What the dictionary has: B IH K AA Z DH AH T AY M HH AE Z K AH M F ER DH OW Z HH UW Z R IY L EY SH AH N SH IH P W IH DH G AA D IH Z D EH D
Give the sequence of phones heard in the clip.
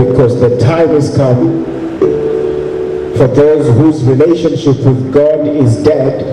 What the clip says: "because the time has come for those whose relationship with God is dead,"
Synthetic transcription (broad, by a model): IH K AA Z DH AH T AY M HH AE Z K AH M F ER DH OW Z HH UW Z R IY L EY SH AH N SH IH P W IH DH G AA D IH Z D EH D